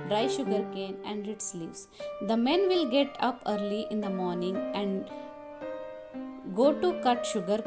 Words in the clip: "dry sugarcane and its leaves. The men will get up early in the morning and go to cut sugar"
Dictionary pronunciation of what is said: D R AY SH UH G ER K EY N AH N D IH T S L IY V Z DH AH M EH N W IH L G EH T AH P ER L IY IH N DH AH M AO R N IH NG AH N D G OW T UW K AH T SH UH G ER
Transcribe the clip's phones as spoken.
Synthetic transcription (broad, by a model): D R AY SH UH G ER K EY N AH N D IH T S L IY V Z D AH M EH N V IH L G EH T AH P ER L IY IH N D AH M AO R N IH NG AH N D G OW T UW K AH T SH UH G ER